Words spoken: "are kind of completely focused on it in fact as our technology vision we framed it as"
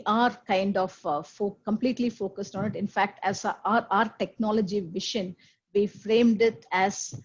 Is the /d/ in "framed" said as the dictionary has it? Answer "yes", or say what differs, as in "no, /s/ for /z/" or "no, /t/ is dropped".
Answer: yes